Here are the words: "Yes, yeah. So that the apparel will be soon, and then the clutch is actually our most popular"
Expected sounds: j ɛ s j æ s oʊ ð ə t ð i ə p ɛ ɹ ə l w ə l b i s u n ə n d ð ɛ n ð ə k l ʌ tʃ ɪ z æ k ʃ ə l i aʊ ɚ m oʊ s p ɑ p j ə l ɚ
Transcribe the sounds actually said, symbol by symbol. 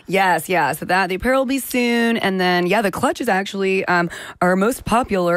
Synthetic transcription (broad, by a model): j ɛ s j æ s oʊ ð ə t ð i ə p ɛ ɹ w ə l b i s u n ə n ð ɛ n ð ə k l ʌ tʃ ɪ z æ k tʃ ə l i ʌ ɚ m oʊ s p ɑ p j l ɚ